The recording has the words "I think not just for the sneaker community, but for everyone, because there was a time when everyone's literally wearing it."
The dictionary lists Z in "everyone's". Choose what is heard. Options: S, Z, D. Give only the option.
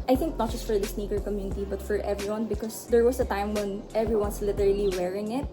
S